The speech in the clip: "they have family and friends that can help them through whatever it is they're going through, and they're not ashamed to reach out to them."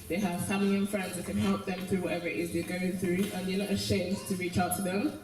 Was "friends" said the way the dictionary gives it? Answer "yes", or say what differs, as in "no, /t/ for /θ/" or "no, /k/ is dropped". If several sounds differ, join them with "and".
yes